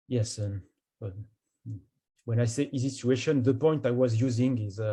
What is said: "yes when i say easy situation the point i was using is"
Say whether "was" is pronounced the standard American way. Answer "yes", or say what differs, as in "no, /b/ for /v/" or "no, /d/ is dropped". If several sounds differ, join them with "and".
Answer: yes